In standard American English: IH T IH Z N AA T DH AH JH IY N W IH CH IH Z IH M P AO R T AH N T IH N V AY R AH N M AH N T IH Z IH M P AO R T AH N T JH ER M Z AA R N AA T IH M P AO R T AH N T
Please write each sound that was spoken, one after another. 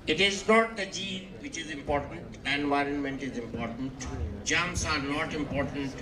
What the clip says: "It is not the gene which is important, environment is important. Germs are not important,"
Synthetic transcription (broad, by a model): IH T IH Z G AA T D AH JH IY N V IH CH IH Z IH M P AO R T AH N T IH N V AY R AH N M AH N T IH Z IH M P AO R T AH N T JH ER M S AA R N AA T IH M P AO R T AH N T